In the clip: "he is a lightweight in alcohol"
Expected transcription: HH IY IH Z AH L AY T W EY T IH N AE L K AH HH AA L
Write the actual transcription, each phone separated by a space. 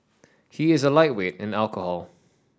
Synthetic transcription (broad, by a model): HH IY IH Z AH L AY T W EY T IH N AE L K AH HH AA L